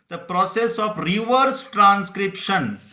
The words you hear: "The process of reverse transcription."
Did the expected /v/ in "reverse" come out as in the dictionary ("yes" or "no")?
yes